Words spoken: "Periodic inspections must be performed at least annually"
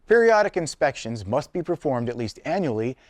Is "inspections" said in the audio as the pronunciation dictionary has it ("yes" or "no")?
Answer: yes